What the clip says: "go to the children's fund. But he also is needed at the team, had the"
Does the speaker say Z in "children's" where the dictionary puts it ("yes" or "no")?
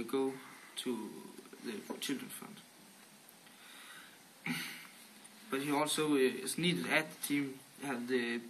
no